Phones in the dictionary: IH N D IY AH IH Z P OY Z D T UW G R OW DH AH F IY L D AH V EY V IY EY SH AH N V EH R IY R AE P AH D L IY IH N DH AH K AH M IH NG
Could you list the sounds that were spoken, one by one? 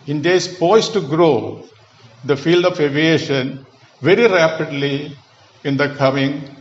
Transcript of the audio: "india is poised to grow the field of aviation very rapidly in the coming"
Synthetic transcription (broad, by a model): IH N D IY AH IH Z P OY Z T UW G R OW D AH F IY L D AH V EY V IY EY SH AH N V EH R IY R AE P AH D L IY IH N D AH K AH M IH NG